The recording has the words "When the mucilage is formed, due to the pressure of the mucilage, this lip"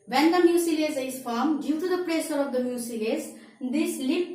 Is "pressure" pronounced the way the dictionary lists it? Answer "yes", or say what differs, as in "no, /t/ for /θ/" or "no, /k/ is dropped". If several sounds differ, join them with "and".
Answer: no, /s/ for /ʃ/